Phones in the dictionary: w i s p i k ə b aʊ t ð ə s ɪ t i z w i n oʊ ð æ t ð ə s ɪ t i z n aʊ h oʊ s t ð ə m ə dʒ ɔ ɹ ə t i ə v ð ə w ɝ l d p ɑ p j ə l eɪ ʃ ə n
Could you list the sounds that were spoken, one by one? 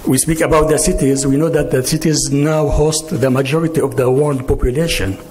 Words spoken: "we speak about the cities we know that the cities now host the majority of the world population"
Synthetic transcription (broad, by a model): w i s p i k ə b aʊ t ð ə s ɪ t i z w i n oʊ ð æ t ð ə s ɪ t i z n aʊ h oʊ s t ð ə m ə dʒ ɔ ɹ ə t i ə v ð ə w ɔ n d p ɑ p j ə l eɪ ʃ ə n